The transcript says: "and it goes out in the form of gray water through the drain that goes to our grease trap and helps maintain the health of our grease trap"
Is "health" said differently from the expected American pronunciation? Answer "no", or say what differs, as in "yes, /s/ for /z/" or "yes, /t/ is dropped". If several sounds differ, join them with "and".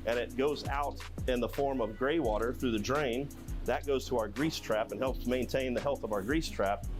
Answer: no